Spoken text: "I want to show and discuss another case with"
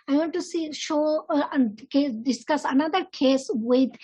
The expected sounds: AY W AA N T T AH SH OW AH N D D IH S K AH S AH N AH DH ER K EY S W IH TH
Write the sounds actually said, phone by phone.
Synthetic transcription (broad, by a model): AY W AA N T S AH SH OW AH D D IH S K AH S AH N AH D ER K EY S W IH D